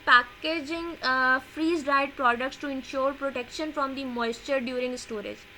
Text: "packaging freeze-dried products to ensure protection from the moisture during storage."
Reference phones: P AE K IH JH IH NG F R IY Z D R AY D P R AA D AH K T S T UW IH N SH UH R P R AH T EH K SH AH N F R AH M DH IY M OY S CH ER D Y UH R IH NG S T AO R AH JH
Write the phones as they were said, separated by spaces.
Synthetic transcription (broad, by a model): P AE K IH JH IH NG F R IY Z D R AY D P R AA D AH K T S T UW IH N SH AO R P R AH T EH K SH AH N F R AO M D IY M OY S CH ER D Y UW R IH NG S T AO R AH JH